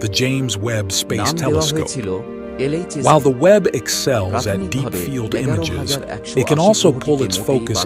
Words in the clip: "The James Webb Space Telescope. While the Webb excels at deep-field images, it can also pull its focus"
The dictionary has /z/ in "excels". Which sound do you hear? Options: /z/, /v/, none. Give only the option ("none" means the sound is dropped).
/z/